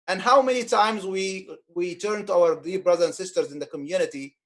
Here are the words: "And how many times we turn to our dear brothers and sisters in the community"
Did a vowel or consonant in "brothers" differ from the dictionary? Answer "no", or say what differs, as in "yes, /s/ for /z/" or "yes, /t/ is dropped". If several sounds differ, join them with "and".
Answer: yes, /z/ is dropped